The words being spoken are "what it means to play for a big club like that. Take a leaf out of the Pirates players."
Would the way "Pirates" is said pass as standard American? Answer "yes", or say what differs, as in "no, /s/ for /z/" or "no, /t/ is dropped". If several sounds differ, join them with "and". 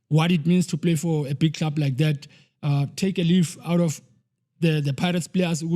yes